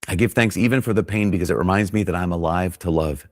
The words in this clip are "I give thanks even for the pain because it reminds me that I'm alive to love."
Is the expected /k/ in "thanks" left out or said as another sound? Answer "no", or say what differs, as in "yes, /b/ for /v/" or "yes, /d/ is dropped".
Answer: no